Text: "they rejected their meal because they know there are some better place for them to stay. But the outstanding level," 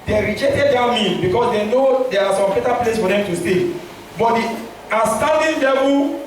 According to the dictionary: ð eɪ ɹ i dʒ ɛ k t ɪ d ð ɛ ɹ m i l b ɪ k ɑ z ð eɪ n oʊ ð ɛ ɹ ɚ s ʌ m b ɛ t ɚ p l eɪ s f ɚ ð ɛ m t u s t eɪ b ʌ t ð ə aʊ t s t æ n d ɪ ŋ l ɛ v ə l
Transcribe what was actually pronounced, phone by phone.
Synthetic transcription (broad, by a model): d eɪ ɹ i dʒ ɛ k t ɪ d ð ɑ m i n b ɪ k ɑ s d eɪ n oʊ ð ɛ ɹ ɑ s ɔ m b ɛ t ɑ p l eɪ s f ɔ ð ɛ m t u s t eɪ b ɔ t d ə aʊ s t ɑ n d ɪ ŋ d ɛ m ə